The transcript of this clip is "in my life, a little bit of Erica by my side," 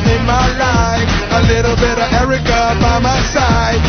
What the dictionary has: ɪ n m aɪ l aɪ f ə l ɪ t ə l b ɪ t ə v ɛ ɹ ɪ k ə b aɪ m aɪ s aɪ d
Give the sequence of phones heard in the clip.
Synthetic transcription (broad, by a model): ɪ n m aɪ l aɪ ə l ɪ t l b ɪ t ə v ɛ ɹ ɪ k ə b aɪ m aɪ s aɪ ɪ